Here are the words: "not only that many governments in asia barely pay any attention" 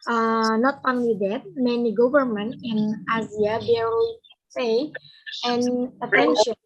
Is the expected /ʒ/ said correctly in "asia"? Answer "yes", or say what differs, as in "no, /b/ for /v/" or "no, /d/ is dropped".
no, /z/ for /ʒ/